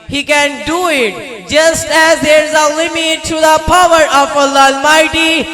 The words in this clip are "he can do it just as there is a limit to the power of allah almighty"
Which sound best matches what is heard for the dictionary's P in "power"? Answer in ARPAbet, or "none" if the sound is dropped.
P